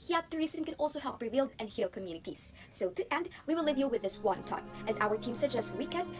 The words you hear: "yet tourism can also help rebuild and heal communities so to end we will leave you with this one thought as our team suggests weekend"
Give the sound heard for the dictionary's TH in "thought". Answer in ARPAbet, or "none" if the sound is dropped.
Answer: T